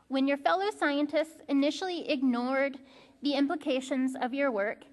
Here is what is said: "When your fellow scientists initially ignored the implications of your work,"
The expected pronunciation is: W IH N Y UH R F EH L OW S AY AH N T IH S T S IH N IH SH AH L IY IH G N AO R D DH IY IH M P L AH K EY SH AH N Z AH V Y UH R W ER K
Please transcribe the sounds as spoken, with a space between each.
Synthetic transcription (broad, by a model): W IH N Y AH R F EH L OW S AY AH N T IH S T S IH N IH SH L IY IH G N AO R D DH IY IH M P L AH K EY SH AH N Z AH V Y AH R W ER K